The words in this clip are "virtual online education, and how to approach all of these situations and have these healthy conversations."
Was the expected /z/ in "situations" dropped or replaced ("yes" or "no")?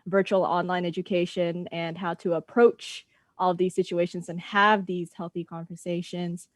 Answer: no